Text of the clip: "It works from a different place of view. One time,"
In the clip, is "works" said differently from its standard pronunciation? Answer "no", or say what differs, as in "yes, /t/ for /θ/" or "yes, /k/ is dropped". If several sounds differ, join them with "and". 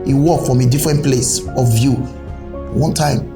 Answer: yes, /s/ is dropped